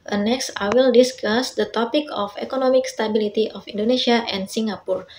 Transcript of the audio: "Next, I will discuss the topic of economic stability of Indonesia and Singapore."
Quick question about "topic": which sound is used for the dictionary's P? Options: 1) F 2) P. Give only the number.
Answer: 2